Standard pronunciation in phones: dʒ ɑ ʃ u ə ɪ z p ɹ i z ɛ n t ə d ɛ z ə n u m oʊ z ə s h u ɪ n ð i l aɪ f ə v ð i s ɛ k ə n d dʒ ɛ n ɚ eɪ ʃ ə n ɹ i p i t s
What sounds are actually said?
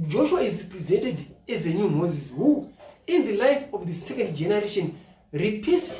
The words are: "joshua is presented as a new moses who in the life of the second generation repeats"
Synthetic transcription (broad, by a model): dʒ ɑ ʃ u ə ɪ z p ɹ i z ɛ n t ə d ɛ z ə n u m oʊ z ə s h u ɪ n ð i l aɪ f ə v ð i s ɛ k ə n d dʒ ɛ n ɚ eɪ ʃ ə n ɹ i p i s